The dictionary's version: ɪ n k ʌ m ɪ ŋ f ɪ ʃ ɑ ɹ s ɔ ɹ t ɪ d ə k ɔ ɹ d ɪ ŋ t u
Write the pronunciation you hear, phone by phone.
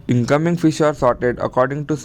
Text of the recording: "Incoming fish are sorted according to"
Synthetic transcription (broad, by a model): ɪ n k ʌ m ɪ ŋ f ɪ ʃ ɑ ɹ s ɔ ɹ t ɪ d ə k ɔ ɹ d ɪ ŋ t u